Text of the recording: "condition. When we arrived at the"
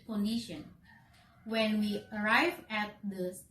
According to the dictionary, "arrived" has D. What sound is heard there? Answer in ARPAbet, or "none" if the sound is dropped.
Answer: none